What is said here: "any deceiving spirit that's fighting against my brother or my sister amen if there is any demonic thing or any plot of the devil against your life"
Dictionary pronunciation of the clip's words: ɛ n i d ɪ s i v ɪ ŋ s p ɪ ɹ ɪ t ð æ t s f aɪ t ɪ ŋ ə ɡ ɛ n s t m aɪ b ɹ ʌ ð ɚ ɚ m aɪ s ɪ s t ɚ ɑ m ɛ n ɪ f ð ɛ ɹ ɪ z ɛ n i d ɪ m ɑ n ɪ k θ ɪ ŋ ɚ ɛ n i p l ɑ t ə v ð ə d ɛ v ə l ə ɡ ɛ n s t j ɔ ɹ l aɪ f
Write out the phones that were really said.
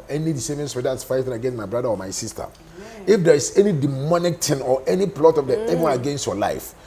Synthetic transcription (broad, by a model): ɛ n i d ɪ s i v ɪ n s ɪ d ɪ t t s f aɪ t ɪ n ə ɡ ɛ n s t m aɪ b ɹ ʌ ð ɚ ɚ m aɪ s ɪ s t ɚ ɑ ɪ f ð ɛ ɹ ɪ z ɛ n i d ɪ m ɑ n ɪ k t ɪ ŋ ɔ ɛ n i p l ɑ t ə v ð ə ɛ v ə n ə ɡ ɛ n s t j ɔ l aɪ f